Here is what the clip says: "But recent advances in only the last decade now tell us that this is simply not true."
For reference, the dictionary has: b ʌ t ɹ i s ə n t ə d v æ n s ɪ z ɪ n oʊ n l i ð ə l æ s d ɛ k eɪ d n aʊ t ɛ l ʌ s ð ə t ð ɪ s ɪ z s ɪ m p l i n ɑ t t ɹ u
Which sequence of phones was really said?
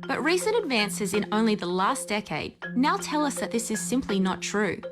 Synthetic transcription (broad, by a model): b ʌ t ɹ i s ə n t ə d v æ n s ɪ z ɪ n oʊ n l i ð ə l æ s d ɛ k eɪ d n aʊ t ɛ l ʌ s ð ə t ð ɪ s ɪ z s ɪ m p l i n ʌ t t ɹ u